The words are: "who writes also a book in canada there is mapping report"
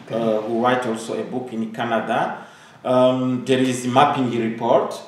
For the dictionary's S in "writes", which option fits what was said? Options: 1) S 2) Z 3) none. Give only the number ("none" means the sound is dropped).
3